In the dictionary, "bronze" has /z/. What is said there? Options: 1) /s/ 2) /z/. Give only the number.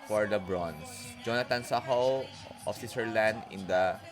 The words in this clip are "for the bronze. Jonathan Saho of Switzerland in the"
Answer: 1